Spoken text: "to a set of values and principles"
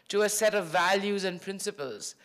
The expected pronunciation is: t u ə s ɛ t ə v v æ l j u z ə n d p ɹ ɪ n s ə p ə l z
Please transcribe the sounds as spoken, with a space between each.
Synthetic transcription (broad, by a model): t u ə s ɛ t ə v v æ l j u z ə n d p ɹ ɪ n s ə p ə l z